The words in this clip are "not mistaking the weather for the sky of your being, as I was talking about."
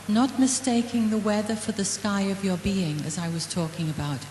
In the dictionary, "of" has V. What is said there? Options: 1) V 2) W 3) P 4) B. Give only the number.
1